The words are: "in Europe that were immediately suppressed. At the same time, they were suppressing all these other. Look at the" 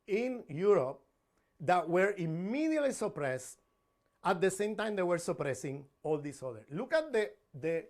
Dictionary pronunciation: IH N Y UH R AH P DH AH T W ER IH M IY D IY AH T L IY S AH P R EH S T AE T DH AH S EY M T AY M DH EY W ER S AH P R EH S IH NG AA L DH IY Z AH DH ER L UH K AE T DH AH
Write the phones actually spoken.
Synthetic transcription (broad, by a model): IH N Y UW R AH P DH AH T W ER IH M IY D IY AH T L IY S AH P R EH S T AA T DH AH S EY M T AY M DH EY W ER S AH P R EH S IH NG AA L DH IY S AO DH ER L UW K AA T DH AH